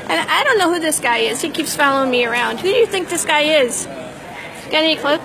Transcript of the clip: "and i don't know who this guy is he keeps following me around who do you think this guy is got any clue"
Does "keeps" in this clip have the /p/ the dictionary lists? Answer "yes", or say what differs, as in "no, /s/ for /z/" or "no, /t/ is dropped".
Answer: yes